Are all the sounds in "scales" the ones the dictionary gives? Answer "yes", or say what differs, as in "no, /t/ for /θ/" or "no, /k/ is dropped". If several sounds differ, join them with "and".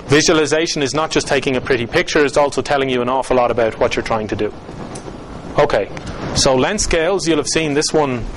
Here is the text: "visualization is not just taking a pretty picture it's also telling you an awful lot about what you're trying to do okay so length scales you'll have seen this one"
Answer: yes